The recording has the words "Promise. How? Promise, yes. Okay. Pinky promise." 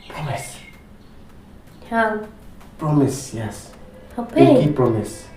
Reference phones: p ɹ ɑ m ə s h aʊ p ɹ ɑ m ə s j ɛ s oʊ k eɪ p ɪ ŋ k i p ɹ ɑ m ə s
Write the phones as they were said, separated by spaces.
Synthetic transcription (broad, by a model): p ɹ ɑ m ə s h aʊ p ɹ ɑ m ə s j ɛ s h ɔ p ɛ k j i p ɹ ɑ m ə s